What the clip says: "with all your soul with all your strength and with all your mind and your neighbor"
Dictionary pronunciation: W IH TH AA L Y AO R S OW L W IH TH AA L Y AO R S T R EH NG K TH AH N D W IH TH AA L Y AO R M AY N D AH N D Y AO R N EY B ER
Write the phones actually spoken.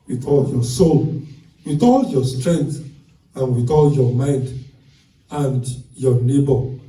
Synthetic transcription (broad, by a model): W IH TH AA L Y AO S OW L W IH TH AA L Y AO S T R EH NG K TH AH N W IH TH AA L Y AO M AY N D AH N D Y AO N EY B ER